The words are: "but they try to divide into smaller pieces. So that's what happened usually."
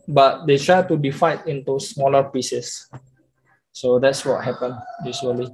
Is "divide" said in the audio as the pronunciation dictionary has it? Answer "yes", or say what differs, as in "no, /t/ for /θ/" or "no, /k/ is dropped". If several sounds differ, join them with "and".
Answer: no, /f/ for /v/